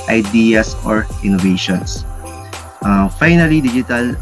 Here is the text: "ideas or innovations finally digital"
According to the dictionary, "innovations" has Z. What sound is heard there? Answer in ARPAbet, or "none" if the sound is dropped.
S